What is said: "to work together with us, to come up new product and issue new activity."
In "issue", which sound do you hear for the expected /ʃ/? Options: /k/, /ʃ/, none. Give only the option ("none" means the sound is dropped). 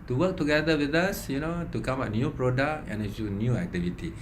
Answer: none